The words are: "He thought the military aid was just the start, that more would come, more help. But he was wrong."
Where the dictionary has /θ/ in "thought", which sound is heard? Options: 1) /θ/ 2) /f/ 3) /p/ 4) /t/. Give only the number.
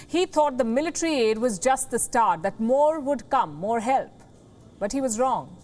4